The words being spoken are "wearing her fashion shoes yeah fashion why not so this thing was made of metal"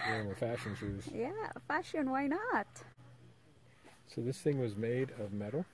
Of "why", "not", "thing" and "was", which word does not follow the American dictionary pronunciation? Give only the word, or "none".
none